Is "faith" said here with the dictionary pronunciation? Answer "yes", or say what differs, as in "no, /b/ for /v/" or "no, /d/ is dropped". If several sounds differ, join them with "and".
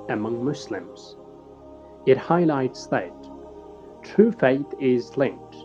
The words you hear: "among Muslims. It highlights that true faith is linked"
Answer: yes